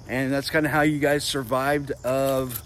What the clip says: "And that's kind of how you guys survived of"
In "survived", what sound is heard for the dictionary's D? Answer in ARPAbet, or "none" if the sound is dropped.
D